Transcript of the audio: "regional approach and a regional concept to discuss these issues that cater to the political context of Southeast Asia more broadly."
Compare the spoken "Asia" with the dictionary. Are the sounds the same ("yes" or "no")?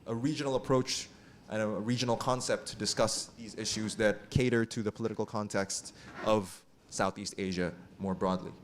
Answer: yes